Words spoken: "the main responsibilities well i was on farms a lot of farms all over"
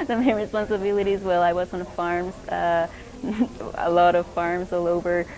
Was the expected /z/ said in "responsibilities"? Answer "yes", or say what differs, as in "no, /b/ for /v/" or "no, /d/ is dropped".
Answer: yes